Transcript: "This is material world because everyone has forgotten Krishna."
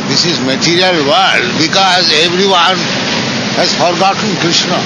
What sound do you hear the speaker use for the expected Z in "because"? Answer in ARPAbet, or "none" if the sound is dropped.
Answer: Z